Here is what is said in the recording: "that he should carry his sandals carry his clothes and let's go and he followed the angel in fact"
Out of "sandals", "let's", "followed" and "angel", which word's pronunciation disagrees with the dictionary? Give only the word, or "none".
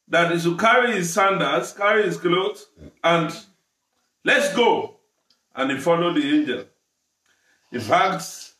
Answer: sandals